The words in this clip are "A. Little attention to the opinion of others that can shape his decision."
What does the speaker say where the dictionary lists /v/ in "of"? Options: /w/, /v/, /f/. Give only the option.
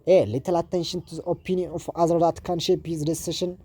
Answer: /f/